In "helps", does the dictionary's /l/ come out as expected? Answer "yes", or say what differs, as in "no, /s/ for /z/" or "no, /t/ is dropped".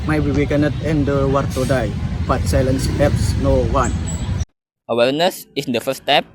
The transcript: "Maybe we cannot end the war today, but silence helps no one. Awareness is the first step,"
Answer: no, /l/ is dropped